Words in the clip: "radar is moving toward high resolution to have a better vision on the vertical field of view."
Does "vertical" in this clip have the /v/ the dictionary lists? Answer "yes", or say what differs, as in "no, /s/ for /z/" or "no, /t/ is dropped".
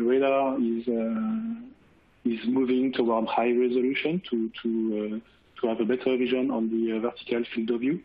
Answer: yes